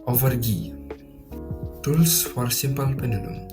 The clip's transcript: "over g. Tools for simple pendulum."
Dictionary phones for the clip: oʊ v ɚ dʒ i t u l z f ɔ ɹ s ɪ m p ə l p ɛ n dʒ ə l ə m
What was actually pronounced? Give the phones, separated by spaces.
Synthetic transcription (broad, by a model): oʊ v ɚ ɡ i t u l s f ɔ ɹ s ɪ m p ə l p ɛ n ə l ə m